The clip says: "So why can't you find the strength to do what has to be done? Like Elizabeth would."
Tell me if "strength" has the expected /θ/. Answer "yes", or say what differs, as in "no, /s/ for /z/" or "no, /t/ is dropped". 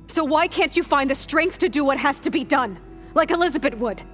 yes